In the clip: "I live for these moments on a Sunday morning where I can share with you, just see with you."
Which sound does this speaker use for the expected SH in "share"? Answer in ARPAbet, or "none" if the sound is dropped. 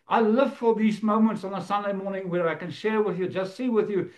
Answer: SH